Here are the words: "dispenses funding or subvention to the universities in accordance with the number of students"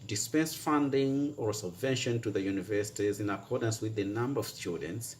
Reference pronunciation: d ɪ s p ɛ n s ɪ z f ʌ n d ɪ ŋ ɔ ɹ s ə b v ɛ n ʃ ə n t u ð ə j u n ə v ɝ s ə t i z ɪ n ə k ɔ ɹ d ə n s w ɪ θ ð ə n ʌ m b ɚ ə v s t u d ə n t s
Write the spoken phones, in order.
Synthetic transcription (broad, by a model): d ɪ s p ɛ n s f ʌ n d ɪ ŋ ɔ ɹ s ə b v ɛ n ʃ ə n t u ð ə j u n ə v ɝ s ə t i z ɪ n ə k ɔ ɹ d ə n s w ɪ ð ə n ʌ m b ɚ ə v s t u d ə n t s